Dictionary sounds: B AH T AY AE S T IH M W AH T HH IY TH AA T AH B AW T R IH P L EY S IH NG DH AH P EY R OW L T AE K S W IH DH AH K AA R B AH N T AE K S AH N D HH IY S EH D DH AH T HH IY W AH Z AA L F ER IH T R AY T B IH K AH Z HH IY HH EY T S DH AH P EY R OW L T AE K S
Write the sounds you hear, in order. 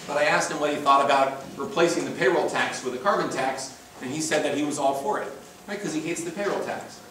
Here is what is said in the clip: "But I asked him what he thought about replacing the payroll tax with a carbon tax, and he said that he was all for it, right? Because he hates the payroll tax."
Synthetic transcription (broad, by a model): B AH T AY AE S T IH M W AH T HH IY TH AA T AH B AW T R IH P L EY S IH NG DH AH P EY R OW L T AE K S W IH DH AH K AA R B AH N T AE K S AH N IY S EH D DH AH T HH IY W AH Z AA L F ER IH T R AY T K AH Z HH IY HH EY T S DH AH P EY R OW L T AE K S